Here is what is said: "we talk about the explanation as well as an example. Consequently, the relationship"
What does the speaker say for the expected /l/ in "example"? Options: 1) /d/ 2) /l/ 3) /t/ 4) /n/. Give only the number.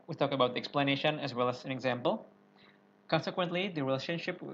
2